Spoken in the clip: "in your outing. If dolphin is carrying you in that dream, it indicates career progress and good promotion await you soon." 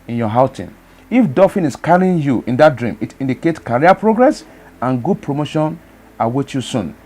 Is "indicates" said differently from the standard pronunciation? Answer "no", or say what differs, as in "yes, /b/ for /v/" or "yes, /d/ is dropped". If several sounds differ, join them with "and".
yes, /s/ is dropped